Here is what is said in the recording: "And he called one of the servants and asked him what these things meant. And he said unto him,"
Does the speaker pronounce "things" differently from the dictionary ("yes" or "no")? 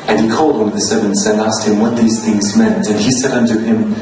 no